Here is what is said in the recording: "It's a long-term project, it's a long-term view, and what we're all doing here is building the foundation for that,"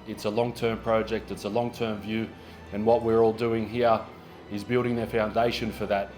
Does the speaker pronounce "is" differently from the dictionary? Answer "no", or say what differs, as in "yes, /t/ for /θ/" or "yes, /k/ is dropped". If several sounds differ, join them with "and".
no